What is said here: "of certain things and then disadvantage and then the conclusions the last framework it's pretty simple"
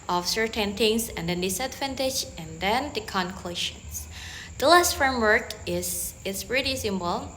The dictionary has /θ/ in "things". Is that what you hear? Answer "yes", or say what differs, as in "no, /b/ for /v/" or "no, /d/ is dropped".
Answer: no, /t/ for /θ/